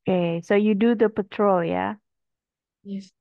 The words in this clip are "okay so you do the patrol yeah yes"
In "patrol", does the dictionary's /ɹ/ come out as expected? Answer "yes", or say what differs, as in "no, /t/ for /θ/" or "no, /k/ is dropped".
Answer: yes